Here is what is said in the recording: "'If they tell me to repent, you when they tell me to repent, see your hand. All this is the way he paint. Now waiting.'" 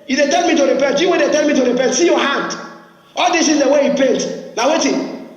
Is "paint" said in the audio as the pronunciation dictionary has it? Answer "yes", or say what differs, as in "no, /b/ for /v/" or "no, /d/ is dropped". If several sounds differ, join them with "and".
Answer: yes